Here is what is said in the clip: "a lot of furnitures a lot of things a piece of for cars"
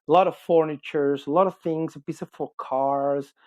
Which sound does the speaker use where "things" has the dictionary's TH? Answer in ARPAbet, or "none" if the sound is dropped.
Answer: TH